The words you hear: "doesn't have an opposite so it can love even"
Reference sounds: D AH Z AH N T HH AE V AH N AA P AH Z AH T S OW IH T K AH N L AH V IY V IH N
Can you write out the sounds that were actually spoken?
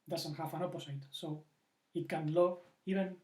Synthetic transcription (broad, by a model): D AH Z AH N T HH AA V AH N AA P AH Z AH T S OW IH T K AH N L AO IY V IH N